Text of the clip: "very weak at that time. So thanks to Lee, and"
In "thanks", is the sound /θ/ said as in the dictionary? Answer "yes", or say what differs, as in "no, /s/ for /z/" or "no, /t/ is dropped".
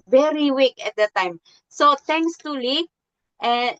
no, /t/ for /θ/